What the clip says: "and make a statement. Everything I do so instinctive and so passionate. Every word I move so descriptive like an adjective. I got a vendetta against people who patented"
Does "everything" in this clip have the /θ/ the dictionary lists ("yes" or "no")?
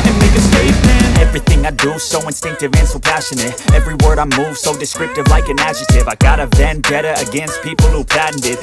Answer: yes